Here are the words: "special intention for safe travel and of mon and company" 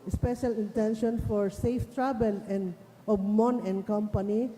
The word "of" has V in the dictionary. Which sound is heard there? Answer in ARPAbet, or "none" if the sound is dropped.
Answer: B